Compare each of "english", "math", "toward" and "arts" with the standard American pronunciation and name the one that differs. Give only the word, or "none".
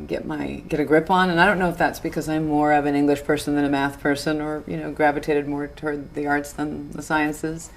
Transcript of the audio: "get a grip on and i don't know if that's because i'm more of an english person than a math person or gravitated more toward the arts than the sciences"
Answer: none